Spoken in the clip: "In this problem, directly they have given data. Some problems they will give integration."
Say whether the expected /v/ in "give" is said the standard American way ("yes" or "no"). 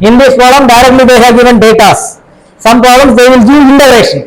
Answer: no